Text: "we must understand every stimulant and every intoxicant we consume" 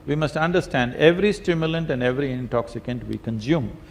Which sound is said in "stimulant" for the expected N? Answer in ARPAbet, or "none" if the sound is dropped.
N